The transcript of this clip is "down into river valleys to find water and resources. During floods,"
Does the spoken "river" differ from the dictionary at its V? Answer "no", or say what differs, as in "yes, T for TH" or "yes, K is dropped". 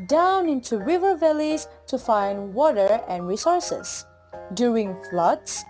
no